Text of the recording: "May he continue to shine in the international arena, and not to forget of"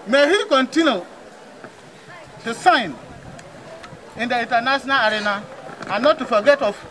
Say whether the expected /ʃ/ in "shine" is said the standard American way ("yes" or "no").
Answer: no